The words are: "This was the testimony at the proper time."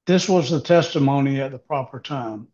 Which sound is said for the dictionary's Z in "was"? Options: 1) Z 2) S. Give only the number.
1